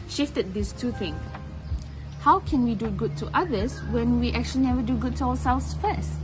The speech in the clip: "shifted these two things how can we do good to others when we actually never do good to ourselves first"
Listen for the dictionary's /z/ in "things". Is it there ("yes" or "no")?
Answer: no